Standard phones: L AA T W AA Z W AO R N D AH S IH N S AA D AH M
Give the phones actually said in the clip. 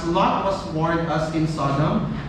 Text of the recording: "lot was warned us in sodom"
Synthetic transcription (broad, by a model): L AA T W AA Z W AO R D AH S IH N S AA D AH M